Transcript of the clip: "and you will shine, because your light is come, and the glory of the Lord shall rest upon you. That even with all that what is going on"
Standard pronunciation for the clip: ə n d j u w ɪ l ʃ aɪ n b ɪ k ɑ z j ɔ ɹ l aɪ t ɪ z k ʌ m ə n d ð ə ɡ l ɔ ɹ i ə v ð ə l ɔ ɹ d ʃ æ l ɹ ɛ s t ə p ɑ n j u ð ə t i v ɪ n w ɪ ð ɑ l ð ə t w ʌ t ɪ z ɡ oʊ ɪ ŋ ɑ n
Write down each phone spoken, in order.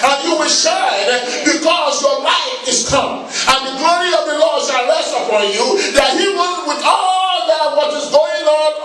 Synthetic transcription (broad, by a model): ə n j u w ɪ l ʃ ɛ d b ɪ k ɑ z j ɔ ɹ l aɪ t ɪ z k ʌ m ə n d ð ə ɡ l ɔ ɹ i ə v ð ə l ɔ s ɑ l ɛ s ə f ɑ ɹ j u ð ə t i w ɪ w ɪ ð ɑ l ð ə t w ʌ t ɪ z ɡ oʊ ɪ ŋ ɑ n